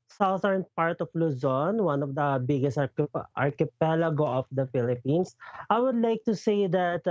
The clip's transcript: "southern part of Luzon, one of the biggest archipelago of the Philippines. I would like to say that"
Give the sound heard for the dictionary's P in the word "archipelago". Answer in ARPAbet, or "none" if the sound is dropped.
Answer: P